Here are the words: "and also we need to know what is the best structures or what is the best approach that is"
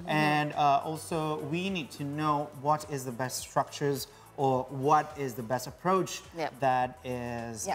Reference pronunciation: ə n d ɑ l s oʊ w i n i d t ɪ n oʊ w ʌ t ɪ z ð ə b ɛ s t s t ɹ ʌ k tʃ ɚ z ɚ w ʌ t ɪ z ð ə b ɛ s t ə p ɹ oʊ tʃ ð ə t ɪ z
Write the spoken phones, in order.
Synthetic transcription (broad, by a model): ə n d ɑ l s oʊ w i n i d t ɪ n oʊ w ʌ t ɪ z ð ə b ɛ s t s t ɹ ʌ k tʃ ɚ z ɚ w ʌ t ɪ z ð ə b ɛ s t ə p ɹ oʊ tʃ ð ə t ɪ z